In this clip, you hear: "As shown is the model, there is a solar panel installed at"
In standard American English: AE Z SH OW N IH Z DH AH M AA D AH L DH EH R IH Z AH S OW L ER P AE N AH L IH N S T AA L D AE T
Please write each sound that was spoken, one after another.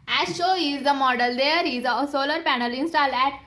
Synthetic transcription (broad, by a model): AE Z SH OW IH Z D AH M AA D AH L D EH R IH Z AH S OW L ER P AE N AH L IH N S T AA L AE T